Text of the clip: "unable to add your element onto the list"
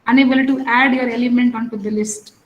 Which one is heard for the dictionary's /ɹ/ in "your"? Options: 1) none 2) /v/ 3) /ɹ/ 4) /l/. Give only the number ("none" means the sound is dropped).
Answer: 3